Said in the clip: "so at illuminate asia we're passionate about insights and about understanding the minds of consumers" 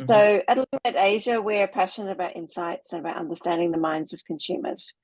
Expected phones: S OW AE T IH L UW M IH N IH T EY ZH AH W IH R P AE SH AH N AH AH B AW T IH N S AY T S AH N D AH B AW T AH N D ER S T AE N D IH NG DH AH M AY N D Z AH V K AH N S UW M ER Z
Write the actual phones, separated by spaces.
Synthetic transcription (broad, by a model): S OW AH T L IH IH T EY ZH AH W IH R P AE SH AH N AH AH B AW T IH N S AY T S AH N AH B AW T AH N D ER S T AE N D IH NG DH AH M AY N D Z AH V K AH N S UW M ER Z